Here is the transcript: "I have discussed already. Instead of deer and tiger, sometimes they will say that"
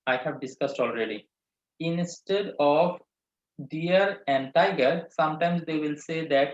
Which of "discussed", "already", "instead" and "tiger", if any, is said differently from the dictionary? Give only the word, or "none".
none